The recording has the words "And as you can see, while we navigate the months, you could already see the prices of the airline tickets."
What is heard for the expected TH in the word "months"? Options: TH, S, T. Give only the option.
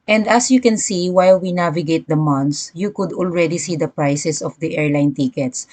T